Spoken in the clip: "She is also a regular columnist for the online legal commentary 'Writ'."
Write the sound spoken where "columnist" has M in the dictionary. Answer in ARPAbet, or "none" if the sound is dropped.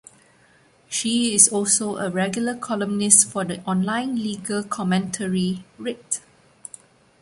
M